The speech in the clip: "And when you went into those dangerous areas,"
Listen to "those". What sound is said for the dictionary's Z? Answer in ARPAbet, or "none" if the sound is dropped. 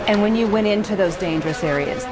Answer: Z